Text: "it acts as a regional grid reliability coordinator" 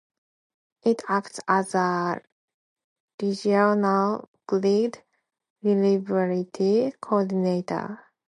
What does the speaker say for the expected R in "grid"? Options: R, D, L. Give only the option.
L